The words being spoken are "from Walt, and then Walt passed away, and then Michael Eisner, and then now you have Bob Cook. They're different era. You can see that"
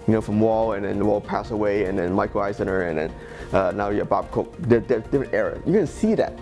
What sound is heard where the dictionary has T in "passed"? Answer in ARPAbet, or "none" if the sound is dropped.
none